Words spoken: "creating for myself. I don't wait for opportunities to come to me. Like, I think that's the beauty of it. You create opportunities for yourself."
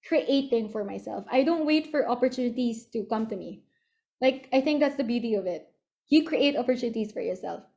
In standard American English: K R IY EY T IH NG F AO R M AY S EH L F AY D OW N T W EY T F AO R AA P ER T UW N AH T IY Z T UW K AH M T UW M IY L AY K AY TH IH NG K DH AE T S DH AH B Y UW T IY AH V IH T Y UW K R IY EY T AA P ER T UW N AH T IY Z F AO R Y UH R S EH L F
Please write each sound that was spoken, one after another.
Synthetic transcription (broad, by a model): K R IY EY T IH NG F AO R M AY S EH L F AY D OW N T W EY T F AO R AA P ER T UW N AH T IY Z T UW K AH M T UW M IY L AY K AY TH IH NG K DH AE T S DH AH B Y UW T IY AH V IH T Y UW K R IY EY T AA P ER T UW N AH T IY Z F AO R Y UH R S EH L F